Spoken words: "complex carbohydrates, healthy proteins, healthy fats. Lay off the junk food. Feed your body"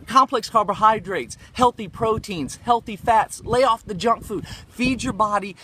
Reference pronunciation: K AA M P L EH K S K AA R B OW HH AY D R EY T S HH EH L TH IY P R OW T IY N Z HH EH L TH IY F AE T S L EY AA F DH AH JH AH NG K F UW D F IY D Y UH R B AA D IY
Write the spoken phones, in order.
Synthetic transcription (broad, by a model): K AA M P L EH K S K AA R B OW HH AY D R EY T S HH EH L TH IY P R OW T IY N Z HH EH L TH IY F AE T S L EY AA F DH AH JH AH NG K F UW D F IY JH Y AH R B AA D IY